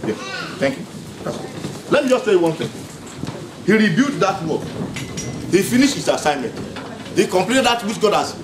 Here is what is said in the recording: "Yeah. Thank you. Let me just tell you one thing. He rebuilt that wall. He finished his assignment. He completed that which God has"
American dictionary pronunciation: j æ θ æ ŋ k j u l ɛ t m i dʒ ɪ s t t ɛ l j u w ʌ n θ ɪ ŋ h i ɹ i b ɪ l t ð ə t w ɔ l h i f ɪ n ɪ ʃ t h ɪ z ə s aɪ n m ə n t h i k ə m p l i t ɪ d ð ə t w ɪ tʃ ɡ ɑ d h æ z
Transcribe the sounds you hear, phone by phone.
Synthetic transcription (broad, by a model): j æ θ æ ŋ k j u l ɛ t m i dʒ ɪ s t s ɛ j w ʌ n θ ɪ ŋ h i ɹ i b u t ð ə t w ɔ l h i f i n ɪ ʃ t h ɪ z ə s aɪ n m ə n t h i k ə m p l i t ɪ d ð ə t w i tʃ ɡ ɑ d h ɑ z